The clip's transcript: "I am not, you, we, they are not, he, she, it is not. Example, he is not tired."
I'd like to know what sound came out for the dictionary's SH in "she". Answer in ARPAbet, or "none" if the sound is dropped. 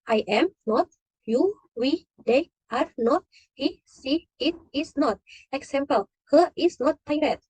S